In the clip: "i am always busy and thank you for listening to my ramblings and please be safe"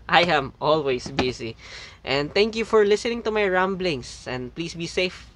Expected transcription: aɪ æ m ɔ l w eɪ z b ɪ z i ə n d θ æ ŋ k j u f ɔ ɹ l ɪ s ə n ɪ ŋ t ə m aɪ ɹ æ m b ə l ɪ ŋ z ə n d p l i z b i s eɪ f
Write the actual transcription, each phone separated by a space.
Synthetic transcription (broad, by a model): aɪ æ m ɔ l w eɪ s b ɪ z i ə n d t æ ŋ k j u f ɔ ɹ l ɪ s ə n ɪ ŋ t ə m aɪ ɹ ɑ m b l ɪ ŋ s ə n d p l i s b i s eɪ f